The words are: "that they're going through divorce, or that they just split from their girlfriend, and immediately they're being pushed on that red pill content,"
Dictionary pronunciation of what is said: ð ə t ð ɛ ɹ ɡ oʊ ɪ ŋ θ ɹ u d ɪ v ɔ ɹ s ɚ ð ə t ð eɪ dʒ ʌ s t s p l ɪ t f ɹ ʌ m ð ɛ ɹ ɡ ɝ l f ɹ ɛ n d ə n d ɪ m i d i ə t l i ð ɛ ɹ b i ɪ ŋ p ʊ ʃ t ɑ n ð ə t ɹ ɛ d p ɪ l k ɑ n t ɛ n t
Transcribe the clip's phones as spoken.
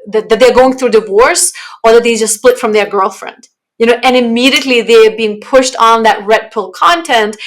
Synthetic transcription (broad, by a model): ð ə t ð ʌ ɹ ɡ oʊ ɪ ŋ θ ɹ u d ɪ v ɔ ɹ s ɚ ð ə t ð eɪ dʒ ʌ s t s p l ɪ t f ɹ ʌ m ð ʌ ɹ ɡ ɝ l f ɹ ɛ n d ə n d ɪ m i d i ə t l i ð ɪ ɹ b i ɪ ŋ p ʊ ʃ t n ð ə t ɹ ɛ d p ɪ l k ɑ n t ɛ n t